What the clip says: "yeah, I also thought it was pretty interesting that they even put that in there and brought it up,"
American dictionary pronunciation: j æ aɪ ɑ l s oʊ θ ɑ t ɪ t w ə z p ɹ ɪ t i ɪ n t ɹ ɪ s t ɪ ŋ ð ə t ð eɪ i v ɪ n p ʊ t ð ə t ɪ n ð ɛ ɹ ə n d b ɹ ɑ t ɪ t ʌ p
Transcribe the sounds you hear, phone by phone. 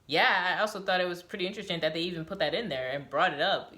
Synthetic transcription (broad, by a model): j æ aɪ ɑ l s oʊ θ ɑ t ɪ t w ə z p ɹ ɪ t i ɪ n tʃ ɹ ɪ s t ɪ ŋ ð ə t ð eɪ i v ɪ n p ʊ t ð ə t ɪ n ð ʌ ɹ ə n b ɹ ɑ t ɪ t ʌ p